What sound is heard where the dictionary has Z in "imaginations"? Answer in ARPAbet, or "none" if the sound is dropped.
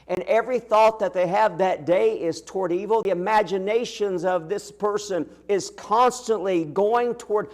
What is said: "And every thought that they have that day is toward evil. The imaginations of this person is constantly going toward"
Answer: Z